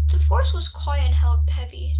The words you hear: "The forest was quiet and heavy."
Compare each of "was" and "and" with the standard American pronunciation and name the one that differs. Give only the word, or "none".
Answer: and